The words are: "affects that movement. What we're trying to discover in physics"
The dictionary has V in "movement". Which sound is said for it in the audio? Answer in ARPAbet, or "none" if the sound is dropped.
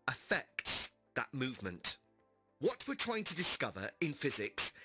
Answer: V